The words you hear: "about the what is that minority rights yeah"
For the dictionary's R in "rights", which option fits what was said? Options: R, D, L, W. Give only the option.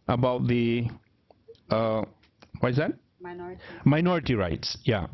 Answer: R